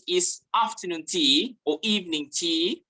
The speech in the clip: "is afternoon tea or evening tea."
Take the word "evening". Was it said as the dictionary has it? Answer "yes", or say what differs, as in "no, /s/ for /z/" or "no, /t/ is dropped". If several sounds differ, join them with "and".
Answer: yes